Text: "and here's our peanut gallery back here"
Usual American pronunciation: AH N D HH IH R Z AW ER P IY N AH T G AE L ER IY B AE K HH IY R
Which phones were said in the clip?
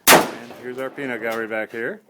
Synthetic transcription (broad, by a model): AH N HH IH R Z AW ER P IY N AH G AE ER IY B AE K HH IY R